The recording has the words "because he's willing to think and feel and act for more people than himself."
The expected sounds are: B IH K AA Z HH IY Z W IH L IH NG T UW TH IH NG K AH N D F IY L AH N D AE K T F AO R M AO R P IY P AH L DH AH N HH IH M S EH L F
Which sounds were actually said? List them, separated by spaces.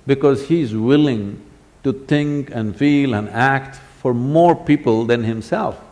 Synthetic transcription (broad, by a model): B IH K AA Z HH IY Z W IH L IH NG T UW T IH NG K AH N D F IY L AH N D AE K T F AO R M AO R P IY P AH L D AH N HH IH M S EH L F